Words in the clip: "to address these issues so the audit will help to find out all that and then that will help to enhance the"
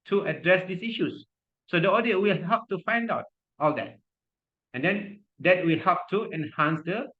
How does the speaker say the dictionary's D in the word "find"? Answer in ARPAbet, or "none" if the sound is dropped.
D